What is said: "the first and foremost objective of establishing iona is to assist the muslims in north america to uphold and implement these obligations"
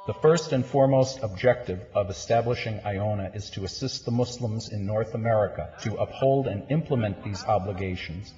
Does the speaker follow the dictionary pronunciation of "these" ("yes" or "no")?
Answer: yes